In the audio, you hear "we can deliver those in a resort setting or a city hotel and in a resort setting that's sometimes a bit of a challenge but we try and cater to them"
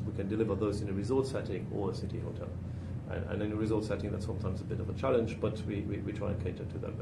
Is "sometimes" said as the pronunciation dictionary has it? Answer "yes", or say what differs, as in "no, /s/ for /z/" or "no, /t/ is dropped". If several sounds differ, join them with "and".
yes